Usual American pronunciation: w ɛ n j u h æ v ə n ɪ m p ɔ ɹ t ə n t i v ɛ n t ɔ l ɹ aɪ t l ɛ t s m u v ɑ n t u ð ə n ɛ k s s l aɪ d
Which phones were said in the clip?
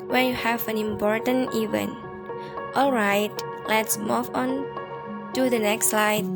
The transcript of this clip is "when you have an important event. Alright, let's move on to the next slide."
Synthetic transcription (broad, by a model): w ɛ n j u h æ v ə n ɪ m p ɔ ɹ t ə n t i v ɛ n t ɔ l ɹ aɪ t l ɛ t s m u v ɑ n t u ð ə n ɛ k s s l aɪ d